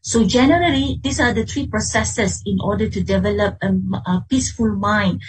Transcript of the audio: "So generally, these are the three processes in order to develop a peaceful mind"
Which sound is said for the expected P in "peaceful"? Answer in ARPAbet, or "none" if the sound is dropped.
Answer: P